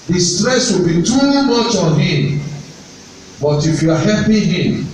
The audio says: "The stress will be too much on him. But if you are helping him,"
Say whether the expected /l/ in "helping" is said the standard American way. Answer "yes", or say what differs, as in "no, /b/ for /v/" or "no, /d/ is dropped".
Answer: no, /l/ is dropped